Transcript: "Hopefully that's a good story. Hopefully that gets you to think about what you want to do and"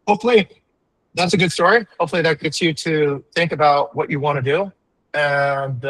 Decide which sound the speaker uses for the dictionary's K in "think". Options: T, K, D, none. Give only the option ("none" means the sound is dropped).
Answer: K